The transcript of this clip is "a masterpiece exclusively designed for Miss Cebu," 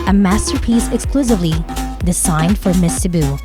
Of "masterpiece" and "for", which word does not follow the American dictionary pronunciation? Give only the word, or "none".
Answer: none